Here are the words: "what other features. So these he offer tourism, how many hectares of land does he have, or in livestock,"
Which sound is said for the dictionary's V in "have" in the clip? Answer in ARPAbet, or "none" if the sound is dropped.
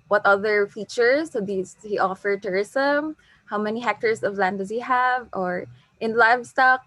V